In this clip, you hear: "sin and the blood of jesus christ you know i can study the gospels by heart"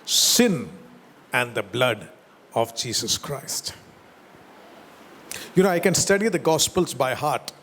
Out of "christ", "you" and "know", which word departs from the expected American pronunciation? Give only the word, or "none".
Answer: none